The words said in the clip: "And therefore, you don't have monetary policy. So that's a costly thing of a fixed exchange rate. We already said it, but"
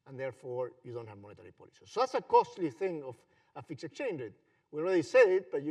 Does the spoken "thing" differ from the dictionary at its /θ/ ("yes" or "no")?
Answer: no